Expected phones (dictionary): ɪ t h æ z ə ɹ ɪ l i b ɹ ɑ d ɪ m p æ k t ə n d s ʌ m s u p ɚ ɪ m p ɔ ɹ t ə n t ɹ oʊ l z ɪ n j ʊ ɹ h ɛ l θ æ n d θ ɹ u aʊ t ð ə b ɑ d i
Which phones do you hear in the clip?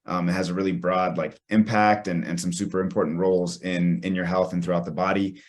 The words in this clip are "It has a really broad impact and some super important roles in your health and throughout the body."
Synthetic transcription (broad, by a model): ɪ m h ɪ z ə ɹ ɪ l i b ɹ ɑ d ɪ m p æ k t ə n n s ʌ m s u p ɚ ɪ m p ɔ ɹ t n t ɹ oʊ l z ɪ n j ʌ ɹ h ɛ l θ n θ ɹ u aʊ t ð ə b ɑ d i